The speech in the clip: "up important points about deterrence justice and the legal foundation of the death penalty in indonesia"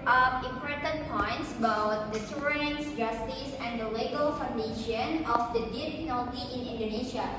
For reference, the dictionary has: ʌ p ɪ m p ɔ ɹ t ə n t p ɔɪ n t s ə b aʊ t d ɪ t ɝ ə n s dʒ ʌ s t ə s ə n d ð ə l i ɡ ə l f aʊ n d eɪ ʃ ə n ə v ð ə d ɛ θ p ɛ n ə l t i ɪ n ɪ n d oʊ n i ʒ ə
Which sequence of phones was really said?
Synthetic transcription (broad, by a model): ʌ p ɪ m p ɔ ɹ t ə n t p ɔɪ n t s ə b aʊ t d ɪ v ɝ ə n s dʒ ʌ s t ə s ə n d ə l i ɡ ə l f aʊ n d eɪ ʃ ə n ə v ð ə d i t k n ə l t i ɪ n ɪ n d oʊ n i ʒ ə